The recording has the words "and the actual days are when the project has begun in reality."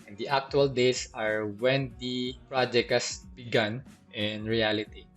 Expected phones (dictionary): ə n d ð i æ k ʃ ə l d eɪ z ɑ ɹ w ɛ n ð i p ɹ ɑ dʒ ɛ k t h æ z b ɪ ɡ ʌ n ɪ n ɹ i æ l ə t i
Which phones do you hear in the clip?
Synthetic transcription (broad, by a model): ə n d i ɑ k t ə l d eɪ s ɑ ɹ w ɛ n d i p ɹ ɑ dʒ ɛ k t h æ s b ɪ ɡ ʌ n ɪ n ɹ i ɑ l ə t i